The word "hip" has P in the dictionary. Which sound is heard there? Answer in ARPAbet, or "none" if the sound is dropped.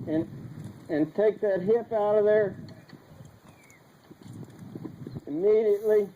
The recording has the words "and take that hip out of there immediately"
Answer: P